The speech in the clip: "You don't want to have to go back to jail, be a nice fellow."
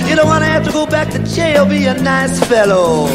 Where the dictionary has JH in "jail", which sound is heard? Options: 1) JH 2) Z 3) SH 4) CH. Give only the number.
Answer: 4